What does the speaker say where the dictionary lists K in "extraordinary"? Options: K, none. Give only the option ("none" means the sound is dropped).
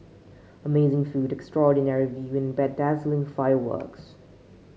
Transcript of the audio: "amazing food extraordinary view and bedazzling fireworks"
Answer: K